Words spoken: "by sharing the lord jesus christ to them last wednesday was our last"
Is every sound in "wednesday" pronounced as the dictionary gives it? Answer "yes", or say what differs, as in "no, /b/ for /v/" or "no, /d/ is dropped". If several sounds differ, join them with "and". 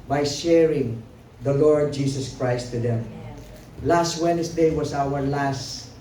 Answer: no, /s/ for /z/